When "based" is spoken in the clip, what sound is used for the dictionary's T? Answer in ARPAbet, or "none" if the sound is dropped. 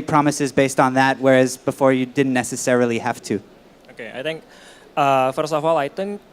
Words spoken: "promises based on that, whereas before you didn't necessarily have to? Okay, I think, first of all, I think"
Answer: T